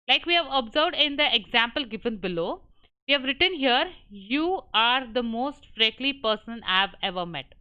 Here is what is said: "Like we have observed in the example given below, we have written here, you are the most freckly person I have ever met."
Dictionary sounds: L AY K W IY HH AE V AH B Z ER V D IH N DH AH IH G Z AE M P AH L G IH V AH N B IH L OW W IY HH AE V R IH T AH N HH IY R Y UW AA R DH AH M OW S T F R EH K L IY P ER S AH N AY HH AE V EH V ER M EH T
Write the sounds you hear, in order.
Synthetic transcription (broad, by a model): L AY K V IY HH AE V AH B Z ER V D IH N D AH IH G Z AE M P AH L G IH V AH N B IH L OW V IY HH AE V R IH T AH N HH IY R Y UW AA R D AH M OW S T F R EH K L IY P ER S AH N AY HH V EH V ER M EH T